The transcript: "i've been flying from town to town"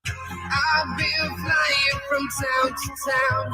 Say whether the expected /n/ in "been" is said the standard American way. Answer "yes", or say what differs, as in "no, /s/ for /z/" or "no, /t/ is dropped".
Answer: no, /l/ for /n/